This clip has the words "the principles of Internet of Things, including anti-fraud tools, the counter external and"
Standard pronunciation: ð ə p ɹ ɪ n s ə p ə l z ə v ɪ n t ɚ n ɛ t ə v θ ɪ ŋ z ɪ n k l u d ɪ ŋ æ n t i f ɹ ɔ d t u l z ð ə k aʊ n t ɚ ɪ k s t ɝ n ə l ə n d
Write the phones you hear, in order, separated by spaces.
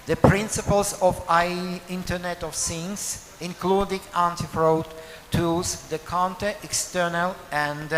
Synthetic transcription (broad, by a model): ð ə p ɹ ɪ n s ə p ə l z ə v ɪ n t ɚ n ɛ t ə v s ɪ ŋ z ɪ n k l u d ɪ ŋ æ n t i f ɹ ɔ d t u z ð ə k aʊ n t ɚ ɪ k s t ɝ n ə l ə n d